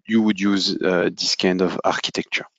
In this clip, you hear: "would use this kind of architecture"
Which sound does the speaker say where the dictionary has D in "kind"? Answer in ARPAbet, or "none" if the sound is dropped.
D